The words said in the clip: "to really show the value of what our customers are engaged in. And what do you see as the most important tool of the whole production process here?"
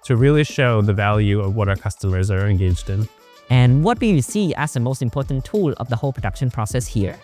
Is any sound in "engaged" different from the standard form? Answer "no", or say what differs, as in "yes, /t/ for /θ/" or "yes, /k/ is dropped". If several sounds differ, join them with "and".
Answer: no